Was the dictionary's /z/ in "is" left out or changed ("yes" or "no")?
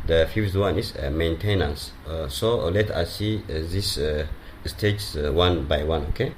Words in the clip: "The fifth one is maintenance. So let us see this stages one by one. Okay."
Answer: yes